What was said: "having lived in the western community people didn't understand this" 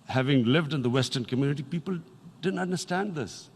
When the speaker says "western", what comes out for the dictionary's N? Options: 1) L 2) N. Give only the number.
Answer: 2